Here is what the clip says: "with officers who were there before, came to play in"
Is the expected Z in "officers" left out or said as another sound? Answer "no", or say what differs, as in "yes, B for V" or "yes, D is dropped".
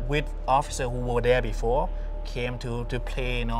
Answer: yes, Z is dropped